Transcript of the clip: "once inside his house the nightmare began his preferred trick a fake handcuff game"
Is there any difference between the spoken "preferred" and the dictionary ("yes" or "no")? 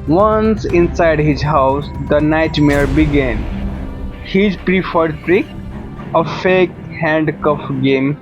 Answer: no